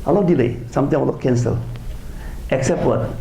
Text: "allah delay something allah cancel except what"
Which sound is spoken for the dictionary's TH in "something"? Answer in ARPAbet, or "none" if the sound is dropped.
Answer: T